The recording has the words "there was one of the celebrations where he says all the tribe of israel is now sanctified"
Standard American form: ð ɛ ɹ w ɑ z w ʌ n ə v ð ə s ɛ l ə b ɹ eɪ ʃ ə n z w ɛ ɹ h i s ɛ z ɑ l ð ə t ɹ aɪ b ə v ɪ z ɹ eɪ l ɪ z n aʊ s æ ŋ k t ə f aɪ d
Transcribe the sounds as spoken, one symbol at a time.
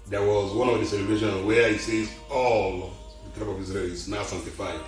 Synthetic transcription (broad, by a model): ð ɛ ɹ w ɑ z w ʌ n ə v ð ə s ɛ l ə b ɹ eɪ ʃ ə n w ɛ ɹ h i s ɛ z ɑ l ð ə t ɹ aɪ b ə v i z ɹ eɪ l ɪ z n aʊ s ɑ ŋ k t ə f aɪ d